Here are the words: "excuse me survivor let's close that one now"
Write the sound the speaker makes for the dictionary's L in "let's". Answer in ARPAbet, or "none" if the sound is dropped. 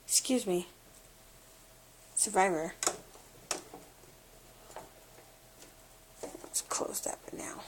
W